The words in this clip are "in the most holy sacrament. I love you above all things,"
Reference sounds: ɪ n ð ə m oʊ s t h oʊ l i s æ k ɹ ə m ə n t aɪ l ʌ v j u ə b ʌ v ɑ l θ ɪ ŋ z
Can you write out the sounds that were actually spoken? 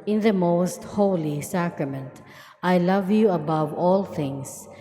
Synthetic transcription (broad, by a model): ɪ n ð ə m oʊ s t h oʊ l i s æ k ɹ ə m ə n t aɪ l ʌ v j u ə b ʌ v ɑ l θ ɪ ŋ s